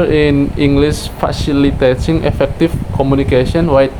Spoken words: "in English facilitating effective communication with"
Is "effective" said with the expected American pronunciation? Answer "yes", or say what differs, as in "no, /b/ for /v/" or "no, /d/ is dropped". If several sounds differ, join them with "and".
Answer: no, /f/ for /v/